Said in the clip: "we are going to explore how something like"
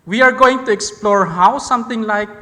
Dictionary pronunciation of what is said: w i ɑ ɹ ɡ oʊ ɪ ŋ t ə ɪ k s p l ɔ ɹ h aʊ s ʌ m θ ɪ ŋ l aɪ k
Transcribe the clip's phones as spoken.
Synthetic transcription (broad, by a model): w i ɑ ɹ ɡ oʊ ɪ ŋ t ə ɪ k s p l ɔ ɹ h aʊ s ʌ m t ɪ ŋ l aɪ k